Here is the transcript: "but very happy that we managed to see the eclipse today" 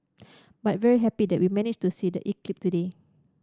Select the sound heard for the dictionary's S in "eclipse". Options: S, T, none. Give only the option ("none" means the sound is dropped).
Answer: none